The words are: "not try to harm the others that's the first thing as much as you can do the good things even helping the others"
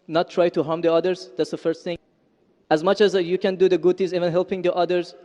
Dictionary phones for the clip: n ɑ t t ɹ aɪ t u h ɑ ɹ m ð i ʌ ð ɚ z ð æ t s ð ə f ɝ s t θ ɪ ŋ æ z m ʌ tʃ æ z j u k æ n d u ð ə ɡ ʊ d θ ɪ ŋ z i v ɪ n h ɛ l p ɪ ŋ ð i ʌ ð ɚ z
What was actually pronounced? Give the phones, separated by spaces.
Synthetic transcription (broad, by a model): n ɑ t t ɹ aɪ t u h ɑ ɹ m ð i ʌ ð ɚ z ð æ t s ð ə f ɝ s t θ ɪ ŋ æ z m ʌ tʃ æ z j u k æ n d u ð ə ɡ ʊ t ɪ z i v ɪ n h ɛ l p ɪ ŋ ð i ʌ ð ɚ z